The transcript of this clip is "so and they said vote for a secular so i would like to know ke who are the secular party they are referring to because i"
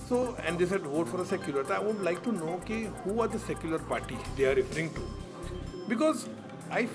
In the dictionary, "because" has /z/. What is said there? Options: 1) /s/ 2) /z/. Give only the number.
2